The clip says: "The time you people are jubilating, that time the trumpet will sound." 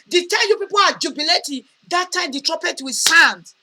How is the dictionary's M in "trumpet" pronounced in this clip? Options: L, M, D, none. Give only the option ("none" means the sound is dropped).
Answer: none